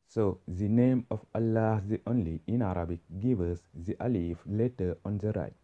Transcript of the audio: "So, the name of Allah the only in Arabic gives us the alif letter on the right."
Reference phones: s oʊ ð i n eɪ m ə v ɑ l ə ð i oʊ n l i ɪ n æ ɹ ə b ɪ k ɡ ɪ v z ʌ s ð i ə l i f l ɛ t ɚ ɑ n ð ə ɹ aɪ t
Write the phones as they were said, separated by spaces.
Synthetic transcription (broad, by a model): s oʊ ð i n eɪ m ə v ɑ l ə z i oʊ n l i ɪ n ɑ ɹ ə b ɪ k ɡ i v ʌ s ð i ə l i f l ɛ t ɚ ɑ n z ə ɹ aɪ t